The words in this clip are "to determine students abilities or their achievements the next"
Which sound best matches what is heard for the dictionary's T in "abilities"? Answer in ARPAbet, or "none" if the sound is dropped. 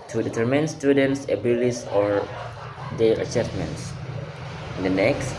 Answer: S